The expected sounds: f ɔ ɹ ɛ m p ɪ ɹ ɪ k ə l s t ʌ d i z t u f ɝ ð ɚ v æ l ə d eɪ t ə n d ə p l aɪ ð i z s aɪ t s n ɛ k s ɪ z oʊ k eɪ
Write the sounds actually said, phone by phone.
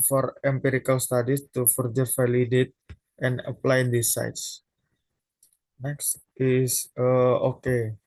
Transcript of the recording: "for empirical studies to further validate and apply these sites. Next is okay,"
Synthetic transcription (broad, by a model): f ɔ ɹ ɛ m p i ɹ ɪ k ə l s t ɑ d i s t u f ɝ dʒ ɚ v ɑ l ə d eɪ t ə n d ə p l aɪ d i s aɪ t s n ɛ k s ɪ s oʊ k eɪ